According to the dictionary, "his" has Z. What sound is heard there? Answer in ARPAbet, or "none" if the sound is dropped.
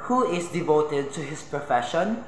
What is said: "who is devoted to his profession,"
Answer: S